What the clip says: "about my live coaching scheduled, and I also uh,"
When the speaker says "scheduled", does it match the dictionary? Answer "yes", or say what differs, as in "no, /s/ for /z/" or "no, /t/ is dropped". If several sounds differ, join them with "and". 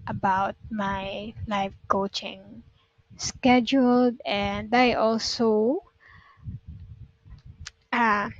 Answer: yes